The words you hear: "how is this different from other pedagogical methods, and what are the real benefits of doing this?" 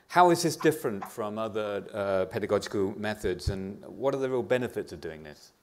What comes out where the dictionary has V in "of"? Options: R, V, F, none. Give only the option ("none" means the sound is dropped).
V